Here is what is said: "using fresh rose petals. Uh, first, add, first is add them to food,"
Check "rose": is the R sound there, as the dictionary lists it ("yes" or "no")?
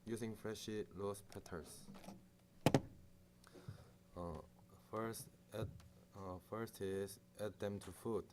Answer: no